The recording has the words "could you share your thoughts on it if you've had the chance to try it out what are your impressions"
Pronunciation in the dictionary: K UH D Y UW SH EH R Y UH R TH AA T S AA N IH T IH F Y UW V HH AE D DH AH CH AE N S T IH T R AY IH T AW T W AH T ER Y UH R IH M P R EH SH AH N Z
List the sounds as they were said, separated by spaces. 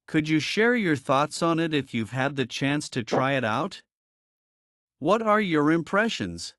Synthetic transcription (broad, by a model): K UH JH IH SH EH R Y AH R TH AA T S N IH T IH F Y UW V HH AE D DH AH CH AE N S T IH T R AY IH T AW T W AH T ER Y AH R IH M P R EH SH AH N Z